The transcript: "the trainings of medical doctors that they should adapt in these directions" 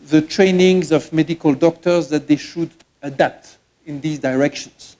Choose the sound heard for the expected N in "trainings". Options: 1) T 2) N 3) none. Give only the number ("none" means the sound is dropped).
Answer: 2